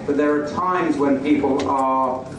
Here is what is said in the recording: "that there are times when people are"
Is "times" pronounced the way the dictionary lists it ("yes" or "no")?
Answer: yes